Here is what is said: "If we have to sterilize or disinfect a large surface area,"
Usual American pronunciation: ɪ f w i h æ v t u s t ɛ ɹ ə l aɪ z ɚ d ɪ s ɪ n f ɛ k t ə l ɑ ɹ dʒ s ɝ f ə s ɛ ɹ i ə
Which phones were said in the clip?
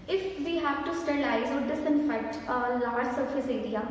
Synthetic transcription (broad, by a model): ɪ f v i h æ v t u s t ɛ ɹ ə ɪ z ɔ d ɪ s ɪ n f ɛ k t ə l ɑ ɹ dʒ s ɝ f ə s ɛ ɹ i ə